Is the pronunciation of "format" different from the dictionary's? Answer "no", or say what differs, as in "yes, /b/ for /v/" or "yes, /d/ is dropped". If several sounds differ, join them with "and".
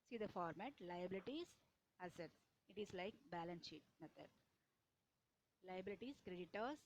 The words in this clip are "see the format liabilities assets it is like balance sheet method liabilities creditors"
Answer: no